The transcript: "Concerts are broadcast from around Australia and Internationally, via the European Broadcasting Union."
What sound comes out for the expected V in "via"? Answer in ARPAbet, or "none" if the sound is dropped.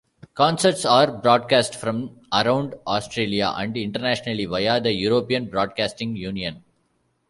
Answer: V